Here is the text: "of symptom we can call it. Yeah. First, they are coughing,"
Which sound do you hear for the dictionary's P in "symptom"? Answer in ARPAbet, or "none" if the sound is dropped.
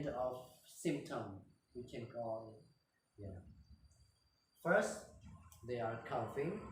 P